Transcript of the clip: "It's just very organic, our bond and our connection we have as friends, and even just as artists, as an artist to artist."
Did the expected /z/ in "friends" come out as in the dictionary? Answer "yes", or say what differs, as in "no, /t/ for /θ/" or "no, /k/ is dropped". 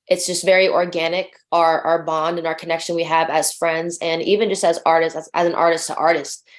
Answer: yes